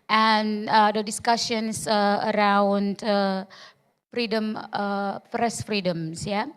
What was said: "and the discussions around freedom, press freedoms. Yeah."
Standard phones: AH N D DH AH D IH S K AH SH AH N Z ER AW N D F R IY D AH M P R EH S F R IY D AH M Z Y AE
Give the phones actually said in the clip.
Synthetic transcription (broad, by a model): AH N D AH D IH S K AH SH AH N S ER AW N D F R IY D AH M F R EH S F R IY D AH M S Y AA